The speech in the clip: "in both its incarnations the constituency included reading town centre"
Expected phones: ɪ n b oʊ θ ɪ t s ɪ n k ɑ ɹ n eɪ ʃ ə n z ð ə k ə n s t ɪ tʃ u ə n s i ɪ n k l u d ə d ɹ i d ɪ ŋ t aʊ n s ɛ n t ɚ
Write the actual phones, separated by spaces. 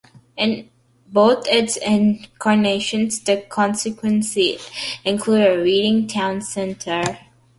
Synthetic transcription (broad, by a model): ɪ n b oʊ t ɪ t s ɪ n k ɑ ɹ n eɪ ʃ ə n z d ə k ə n s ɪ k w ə n s i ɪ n k l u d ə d ɹ i d ɪ ŋ t aʊ n s ɛ n t ɚ